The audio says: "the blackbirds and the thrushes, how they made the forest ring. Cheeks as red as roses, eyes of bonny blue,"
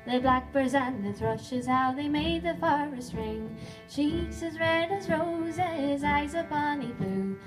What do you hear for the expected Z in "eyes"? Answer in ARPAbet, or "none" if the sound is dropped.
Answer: Z